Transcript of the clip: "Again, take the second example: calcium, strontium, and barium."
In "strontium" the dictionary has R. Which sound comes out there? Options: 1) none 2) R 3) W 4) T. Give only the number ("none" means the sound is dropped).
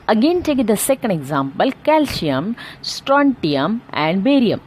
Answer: 2